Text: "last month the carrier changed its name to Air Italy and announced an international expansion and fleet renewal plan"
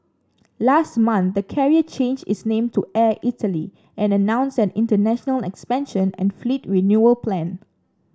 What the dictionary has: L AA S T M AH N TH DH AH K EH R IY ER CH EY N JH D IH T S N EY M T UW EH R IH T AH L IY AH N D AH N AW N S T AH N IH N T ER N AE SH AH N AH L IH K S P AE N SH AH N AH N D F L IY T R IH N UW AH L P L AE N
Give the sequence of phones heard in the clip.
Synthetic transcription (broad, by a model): L AA S T M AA N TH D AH K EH R IY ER CH EY N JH IH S N EY M T UW EH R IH T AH L IY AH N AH N AW N S AH N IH N T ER N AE SH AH N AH L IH K S P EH N SH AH N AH N F L IY T R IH N UW AH L P L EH N